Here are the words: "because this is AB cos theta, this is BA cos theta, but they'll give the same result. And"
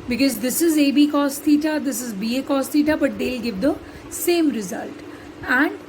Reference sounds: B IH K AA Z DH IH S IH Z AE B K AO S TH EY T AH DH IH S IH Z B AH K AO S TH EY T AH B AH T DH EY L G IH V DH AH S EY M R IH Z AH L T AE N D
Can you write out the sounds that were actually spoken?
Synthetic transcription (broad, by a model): B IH K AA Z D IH S IH Z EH B K AO S T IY T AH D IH S IH Z B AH K AO S T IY T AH B AH T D EY L G IH V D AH S EY M R IH Z AH L T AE N D